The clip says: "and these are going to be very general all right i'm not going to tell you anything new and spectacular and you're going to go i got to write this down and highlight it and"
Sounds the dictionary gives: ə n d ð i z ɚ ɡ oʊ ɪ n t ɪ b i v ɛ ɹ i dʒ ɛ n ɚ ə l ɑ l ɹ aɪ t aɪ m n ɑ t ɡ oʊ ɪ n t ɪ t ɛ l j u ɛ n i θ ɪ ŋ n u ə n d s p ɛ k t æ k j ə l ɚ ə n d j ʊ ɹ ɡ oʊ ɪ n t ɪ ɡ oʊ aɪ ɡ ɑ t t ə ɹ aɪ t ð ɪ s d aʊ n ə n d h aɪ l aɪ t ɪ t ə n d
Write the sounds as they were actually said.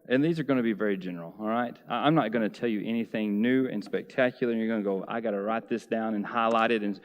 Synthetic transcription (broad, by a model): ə n ð i z ɚ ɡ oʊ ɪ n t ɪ b i v ɛ ɹ i dʒ ɛ n ɚ l ɑ l ɹ aɪ t aɪ m n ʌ t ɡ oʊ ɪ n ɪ t ɛ l j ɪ ɛ n i θ ɪ ŋ n u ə n s p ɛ k t æ k j l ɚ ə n j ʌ ɹ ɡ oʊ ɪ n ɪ ɡ oʊ aɪ ɡ ɑ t t ə ɹ aɪ t ð ɪ s d aʊ n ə n h aɪ l aɪ t ɪ t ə n